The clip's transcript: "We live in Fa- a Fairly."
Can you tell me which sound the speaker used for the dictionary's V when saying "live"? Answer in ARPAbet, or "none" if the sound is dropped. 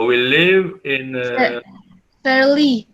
V